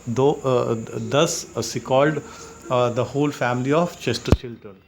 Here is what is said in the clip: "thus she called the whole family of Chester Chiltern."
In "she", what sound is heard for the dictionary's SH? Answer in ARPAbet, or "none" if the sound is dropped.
S